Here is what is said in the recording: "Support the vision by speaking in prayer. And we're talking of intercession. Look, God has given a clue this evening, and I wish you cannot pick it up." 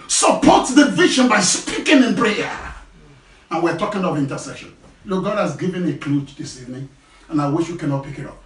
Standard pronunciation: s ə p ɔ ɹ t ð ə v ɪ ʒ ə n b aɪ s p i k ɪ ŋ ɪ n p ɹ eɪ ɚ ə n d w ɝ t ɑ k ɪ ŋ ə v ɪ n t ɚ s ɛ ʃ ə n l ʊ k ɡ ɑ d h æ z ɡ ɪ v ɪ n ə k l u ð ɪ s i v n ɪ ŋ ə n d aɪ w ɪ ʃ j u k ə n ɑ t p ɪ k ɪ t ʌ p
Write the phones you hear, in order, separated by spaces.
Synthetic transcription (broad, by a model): s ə p ɔ t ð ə v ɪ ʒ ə n b aɪ s p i k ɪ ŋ ɪ n p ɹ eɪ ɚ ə n w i t ɑ k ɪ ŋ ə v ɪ n t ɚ s ɛ ʃ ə n l ʊ k ɡ ɑ d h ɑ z ɡ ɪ v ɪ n ə k l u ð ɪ s i v n ɪ ŋ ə n aɪ w ɪ ʃ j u k ə n ɑ t p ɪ k ɪ t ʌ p